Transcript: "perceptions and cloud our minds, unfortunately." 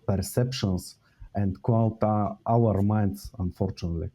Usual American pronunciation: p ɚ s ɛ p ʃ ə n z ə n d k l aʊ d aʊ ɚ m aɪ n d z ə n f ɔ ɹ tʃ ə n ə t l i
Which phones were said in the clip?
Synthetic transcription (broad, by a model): p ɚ s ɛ p ʃ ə n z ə n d k w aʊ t aʊ ɚ m aɪ n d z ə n f ɔ ɹ tʃ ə n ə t l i